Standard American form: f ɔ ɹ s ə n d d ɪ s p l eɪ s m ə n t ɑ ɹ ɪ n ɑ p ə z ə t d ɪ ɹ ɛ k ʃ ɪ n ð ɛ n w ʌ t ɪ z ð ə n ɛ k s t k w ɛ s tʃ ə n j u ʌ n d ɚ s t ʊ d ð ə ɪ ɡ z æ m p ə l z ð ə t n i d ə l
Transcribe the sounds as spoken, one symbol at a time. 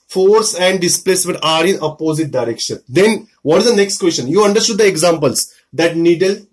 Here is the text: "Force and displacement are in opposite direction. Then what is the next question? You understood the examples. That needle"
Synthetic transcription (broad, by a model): f ɔ ɹ s ə n d d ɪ s p l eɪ s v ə t ɑ ɹ ɪ n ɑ p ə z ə t d ɪ ɹ ɛ k ʃ ɪ n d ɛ n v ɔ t ɪ z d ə n ɛ k s t k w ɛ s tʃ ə n j u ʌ n d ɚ s t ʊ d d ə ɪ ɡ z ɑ m p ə l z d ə t n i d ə l